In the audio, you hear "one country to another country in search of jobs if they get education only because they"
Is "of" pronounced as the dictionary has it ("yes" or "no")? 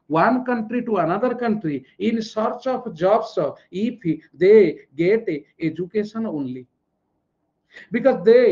no